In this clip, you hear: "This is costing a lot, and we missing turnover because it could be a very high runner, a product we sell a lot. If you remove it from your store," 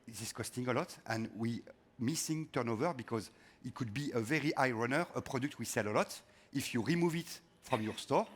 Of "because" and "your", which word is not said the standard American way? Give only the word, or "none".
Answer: none